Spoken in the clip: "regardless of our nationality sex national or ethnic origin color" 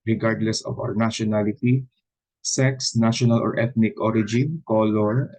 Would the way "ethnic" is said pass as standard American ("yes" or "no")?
no